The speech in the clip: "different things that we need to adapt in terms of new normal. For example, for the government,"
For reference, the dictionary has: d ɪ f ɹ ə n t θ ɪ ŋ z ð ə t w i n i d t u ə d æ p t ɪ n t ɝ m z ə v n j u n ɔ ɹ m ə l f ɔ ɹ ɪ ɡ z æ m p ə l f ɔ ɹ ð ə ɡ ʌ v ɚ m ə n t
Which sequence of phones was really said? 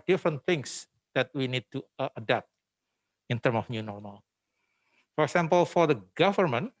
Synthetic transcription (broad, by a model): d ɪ f ɹ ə n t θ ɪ ŋ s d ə t w i n i d t u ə d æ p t ɪ n t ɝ m ə f n j u n ɔ ɹ m ə l f ɔ ɹ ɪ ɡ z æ m p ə l f ɔ ɹ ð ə ɡ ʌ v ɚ m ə n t